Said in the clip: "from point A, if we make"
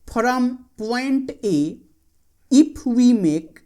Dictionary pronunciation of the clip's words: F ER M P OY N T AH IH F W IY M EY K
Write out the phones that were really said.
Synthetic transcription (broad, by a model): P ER M P OY N T AH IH P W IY M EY K